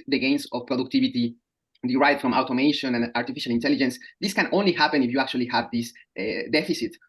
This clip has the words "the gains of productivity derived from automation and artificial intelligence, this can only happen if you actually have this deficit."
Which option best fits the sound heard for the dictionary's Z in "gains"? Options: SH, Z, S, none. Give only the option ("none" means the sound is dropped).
S